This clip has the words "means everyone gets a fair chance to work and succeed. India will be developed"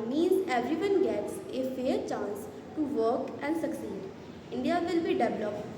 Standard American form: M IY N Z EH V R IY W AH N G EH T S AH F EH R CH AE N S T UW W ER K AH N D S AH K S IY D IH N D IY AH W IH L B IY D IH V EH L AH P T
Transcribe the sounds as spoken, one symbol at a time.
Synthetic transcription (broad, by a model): M IY N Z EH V R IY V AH N G EH T S AH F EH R CH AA N S T UW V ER K AH N D S AH K S IY D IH N D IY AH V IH L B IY D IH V L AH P